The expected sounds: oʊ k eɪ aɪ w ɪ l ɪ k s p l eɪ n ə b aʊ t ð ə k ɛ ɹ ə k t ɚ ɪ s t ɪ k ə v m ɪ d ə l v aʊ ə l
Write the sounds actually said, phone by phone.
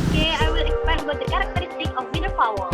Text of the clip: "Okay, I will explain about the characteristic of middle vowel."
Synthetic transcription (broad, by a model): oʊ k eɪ aɪ w ɪ l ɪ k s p eɪ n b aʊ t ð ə k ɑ ɹ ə k t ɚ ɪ s t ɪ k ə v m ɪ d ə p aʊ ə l